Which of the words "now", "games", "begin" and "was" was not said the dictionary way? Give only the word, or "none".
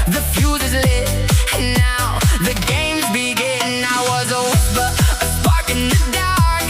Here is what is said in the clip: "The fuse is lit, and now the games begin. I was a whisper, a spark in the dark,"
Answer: none